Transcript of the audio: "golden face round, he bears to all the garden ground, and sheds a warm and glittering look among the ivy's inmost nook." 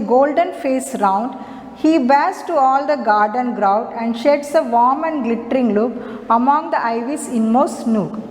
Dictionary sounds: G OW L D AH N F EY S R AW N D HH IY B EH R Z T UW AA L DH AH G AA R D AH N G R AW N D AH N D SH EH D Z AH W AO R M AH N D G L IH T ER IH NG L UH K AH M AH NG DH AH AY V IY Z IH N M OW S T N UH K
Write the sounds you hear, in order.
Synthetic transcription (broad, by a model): G OW L D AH N F EY S R AW N D HH IY B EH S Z T UW AA L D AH G AA R D AH N G R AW D AH N D SH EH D S AH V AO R M AH N D G L IH T ER IH NG L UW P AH M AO NG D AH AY V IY S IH N M OW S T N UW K